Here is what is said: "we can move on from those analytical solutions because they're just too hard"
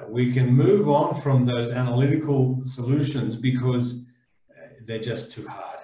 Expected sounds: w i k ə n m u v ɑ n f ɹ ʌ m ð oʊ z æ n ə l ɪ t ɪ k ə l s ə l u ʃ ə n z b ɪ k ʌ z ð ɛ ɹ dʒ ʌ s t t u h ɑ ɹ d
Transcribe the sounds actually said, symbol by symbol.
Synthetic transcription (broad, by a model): w i k ə n m u v n f ɹ ʌ m ð oʊ z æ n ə l ɪ t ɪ k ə l s ə l u ʃ ə n z b ɪ k ʌ z ð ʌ ɹ dʒ ʌ s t t u h ɑ ɹ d